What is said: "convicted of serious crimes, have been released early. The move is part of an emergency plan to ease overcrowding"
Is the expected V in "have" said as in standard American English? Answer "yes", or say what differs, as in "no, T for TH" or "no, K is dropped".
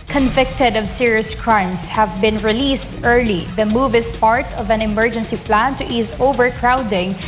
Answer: yes